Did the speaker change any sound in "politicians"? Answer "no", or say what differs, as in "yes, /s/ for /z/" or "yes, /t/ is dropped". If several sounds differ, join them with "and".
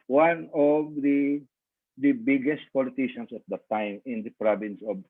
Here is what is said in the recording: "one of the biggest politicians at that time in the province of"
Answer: yes, /s/ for /z/